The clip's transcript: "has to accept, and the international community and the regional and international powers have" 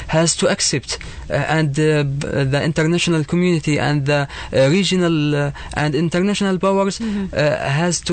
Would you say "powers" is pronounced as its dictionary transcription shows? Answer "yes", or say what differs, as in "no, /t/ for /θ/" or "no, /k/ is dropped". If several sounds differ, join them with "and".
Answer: no, /b/ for /p/